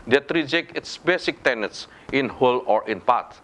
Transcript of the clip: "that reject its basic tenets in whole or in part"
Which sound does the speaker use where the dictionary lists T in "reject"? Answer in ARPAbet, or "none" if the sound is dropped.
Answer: none